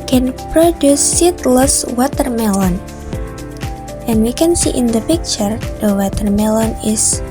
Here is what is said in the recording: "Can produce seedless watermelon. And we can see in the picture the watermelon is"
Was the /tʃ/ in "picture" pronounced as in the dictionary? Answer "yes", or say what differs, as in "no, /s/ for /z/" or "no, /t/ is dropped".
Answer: yes